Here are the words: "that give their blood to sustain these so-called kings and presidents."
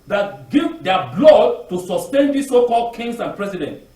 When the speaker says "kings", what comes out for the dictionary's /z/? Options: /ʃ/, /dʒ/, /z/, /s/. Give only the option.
/s/